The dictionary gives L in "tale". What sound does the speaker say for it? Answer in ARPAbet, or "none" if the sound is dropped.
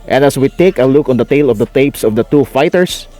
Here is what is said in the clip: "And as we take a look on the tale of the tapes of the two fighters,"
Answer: L